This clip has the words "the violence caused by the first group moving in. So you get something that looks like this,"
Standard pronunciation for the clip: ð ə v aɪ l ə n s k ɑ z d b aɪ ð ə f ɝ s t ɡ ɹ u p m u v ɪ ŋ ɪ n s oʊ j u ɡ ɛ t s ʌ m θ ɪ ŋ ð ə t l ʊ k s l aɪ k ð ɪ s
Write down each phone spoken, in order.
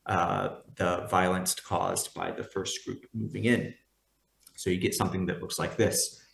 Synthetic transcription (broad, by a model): ð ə v aɪ l ə n s k ɑ z b aɪ ð ə f ɝ s t ɡ ɹ u p m u v ɪ ŋ ɪ n s oʊ j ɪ ɡ ɛ t s ʌ m θ ɪ ŋ ð ə t l ʊ k s l aɪ k ð ɪ s